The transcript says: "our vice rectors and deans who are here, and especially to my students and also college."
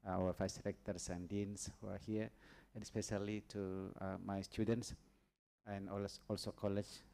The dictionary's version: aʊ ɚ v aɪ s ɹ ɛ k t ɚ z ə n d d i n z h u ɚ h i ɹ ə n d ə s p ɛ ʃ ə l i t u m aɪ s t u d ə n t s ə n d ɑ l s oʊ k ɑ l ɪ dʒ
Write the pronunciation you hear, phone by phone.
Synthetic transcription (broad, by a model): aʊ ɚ f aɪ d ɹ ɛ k t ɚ s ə n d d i n s h u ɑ h i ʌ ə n s p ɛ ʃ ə l i t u m aɪ s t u d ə n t s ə n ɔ ɑ l s oʊ k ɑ l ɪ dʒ